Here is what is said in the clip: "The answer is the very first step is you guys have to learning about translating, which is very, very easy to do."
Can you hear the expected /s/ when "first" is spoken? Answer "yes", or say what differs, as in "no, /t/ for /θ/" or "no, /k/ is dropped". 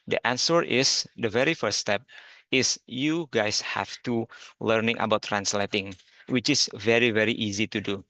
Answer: no, /s/ is dropped